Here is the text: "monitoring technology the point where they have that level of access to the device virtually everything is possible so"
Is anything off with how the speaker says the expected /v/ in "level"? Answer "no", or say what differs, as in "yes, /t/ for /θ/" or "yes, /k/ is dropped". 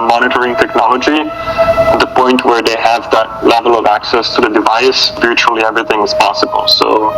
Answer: no